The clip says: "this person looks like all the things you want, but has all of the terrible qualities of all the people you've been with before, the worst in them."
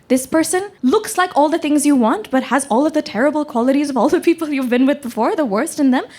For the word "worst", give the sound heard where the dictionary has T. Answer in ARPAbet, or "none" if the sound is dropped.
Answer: T